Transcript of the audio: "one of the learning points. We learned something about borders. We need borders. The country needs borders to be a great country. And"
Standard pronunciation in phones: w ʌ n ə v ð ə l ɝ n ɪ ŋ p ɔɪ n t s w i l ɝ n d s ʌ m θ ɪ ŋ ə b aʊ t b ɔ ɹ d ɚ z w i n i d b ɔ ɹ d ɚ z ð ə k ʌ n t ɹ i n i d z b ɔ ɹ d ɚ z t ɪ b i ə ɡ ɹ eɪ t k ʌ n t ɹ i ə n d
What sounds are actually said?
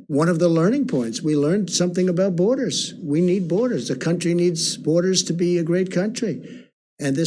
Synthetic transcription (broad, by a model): w ʌ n ə v ð ə l ɝ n ɪ ŋ p ɔɪ n t s w i l ɝ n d s ʌ m θ ɪ ŋ ə b aʊ t b ɔ ɹ d ɚ z w i n i d b ɔ ɹ d ɚ z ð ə k ʌ n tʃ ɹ i n i d z b ɔ ɹ d ɚ z t ɪ b i ə ɡ ɹ eɪ t k ʌ n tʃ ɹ i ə n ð